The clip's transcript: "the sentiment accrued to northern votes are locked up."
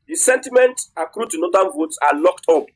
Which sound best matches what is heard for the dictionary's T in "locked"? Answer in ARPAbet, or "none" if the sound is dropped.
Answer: T